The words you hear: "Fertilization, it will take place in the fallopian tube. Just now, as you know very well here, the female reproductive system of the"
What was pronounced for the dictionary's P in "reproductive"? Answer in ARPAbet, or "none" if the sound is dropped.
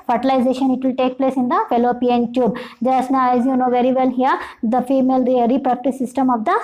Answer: none